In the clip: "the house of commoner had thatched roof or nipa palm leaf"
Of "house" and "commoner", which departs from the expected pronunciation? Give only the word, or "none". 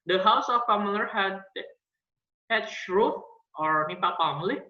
commoner